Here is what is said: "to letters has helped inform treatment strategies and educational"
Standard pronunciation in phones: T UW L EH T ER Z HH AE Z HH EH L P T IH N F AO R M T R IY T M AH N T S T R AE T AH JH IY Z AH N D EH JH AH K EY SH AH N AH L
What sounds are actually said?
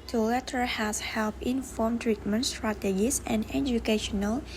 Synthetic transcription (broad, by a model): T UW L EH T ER HH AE S HH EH L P IH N F AO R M T R IY T M AH N T S T R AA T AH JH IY S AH N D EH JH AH K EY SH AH N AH L